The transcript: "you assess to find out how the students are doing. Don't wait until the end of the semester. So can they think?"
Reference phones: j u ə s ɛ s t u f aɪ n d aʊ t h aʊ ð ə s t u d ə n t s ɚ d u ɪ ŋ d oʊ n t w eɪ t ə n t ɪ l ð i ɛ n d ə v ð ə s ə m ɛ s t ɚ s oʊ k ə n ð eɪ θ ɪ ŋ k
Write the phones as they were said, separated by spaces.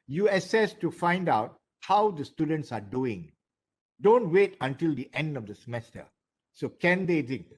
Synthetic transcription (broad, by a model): j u ə s ɛ s t u f aɪ n d aʊ t h aʊ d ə s t u d ə n t s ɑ d u ɪ ŋ d oʊ n t w eɪ t ə n t ɪ l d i ɛ n d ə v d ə s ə m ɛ s t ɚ s oʊ k ə n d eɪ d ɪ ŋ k